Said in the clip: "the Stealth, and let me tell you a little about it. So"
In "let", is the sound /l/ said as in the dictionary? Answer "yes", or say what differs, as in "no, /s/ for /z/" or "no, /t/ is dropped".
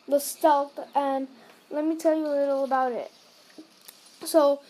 yes